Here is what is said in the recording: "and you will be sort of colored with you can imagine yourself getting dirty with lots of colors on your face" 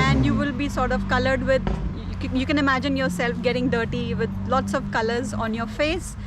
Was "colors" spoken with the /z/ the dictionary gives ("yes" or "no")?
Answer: yes